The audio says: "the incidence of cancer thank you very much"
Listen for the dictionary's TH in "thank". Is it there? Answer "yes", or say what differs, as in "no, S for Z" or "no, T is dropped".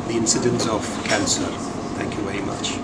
yes